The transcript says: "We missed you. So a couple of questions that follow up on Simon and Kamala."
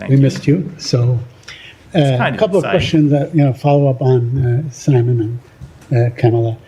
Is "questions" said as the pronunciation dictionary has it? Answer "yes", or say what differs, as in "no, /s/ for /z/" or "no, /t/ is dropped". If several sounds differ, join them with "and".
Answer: yes